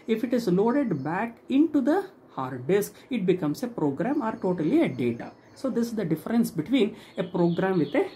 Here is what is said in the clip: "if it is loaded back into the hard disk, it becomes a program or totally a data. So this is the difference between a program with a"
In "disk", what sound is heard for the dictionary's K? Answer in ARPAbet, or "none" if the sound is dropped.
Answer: K